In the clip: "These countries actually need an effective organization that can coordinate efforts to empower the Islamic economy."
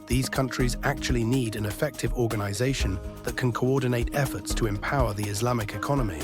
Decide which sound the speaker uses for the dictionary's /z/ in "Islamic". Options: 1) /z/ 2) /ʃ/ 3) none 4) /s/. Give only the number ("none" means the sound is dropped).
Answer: 1